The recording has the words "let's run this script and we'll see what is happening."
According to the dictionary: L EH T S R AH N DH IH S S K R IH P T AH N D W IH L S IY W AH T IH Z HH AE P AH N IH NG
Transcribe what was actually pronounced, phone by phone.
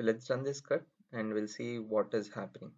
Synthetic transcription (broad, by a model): L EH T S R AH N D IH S S K AH T AH N D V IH L S IY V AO T IH Z HH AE P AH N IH NG